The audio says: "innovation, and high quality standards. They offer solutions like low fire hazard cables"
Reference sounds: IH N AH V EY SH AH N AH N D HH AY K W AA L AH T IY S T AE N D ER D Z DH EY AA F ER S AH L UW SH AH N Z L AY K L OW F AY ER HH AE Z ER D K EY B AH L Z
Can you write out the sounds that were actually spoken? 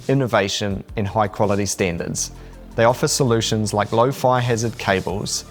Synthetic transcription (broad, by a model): IH N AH V EY SH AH N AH N HH AY K W AA L AH T IY S T AE N D ER D Z DH EY AA F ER S AH L UW SH AH N Z L AY K L OW F AY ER HH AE Z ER D K EY B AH L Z